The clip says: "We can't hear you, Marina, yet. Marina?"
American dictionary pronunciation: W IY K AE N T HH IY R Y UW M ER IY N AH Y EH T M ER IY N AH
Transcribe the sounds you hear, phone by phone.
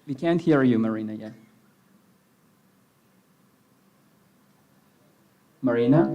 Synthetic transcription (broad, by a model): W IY K AE N T HH IY R Y UW M ER IY N AH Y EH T M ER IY N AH